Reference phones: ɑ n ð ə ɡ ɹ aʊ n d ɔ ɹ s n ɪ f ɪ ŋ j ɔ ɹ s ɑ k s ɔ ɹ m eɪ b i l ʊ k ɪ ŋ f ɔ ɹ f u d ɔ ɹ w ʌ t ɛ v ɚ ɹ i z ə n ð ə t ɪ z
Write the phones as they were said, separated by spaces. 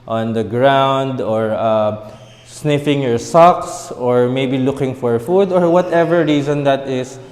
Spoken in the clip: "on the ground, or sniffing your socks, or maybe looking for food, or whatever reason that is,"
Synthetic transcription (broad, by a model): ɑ n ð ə ɡ ɹ aʊ n d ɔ ɹ s n ɪ f ɪ ŋ j ɔ ɹ s ɑ k s ɔ ɹ m eɪ b i l ʊ k ɪ ŋ f ɔ ɹ f u d ɔ ɹ w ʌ t ɛ v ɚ ɹ i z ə n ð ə t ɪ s